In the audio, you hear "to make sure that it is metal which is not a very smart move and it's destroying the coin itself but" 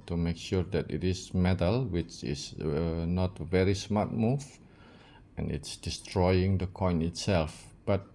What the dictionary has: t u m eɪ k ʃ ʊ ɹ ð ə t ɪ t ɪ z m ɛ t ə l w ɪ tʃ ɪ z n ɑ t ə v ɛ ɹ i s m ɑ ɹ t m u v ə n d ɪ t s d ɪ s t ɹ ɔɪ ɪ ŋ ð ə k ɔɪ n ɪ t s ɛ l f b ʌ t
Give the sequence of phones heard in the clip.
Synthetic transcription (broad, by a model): t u m eɪ k ʃ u ɹ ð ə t ɪ t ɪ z m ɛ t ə l w ɪ tʃ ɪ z n ɑ t ə v ɛ ɹ i s m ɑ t m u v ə n ɪ t s d ɪ s t ɹ ɔɪ ɪ ŋ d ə k ɔɪ n ɪ t s ɛ l f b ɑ t